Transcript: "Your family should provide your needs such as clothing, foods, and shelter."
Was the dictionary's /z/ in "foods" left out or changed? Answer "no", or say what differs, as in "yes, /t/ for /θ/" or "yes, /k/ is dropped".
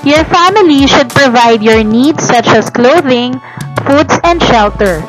yes, /s/ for /z/